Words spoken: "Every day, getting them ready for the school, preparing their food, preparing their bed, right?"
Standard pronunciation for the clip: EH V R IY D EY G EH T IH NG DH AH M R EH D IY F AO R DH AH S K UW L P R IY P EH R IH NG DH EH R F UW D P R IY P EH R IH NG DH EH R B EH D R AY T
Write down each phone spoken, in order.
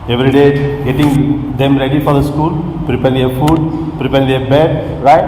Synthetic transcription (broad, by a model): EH V R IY D EY G EH T IH NG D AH M R EH D IY F AO R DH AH S K UW L P R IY P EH R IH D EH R F UW D P R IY P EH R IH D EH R B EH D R AY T